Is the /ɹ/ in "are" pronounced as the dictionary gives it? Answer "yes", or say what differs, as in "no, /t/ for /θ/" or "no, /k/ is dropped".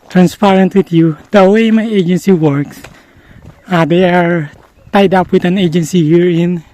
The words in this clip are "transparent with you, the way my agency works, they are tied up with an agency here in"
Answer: yes